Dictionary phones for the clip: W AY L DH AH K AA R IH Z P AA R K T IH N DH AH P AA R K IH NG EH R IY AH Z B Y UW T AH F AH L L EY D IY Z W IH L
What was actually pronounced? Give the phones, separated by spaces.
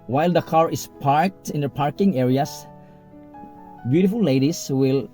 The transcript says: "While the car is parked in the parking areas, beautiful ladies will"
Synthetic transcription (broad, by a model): W AY L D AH K AA R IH S P AA R K T IH N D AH P AA R K IH NG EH R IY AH S B Y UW T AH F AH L L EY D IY S W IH L